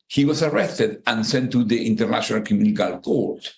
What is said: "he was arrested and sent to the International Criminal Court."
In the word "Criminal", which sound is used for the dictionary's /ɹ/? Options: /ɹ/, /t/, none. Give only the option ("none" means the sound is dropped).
none